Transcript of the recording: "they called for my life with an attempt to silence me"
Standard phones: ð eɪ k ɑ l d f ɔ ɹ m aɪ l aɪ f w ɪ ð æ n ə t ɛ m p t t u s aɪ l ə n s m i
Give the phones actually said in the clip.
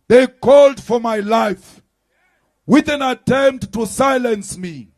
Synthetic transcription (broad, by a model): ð eɪ k ɑ l d f ɔ ɹ m aɪ l aɪ f w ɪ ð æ n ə t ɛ m p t t u s aɪ l ə n s m i